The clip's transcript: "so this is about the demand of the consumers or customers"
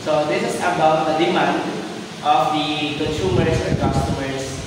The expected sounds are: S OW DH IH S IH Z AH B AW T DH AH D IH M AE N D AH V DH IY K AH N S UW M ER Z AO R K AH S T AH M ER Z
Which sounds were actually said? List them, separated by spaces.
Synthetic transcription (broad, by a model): S OW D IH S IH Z AH B AW T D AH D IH M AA N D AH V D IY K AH N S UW M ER S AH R K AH S T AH M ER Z